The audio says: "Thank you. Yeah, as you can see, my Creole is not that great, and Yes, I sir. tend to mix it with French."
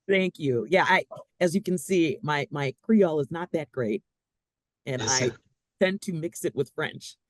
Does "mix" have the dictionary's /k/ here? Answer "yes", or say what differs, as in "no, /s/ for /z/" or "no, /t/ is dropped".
yes